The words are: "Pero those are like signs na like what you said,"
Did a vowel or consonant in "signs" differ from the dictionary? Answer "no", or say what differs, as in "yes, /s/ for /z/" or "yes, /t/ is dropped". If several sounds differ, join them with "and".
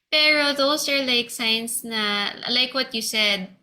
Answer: yes, /s/ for /z/